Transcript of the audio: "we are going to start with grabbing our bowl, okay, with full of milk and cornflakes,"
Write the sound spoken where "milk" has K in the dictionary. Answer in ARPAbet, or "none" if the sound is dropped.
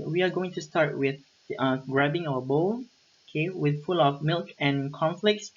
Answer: K